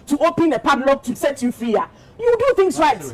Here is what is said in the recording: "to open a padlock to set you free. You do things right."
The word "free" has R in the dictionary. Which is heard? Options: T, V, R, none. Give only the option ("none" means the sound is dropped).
none